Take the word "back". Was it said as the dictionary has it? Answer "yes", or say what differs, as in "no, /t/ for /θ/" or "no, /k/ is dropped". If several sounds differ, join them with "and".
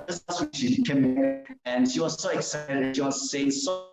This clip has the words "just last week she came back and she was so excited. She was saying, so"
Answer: no, /k/ is dropped